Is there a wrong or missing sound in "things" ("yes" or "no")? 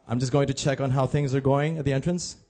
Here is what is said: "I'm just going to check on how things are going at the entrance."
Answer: no